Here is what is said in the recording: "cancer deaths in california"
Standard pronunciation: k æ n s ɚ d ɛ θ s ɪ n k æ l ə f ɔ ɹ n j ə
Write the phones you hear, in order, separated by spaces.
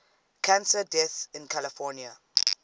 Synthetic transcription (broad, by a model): k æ n s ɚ d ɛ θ ɪ n k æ l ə f ɔ n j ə